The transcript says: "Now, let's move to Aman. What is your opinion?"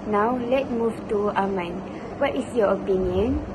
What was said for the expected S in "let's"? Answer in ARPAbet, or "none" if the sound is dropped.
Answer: none